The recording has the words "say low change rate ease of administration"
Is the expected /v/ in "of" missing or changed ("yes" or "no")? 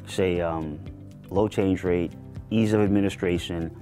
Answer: no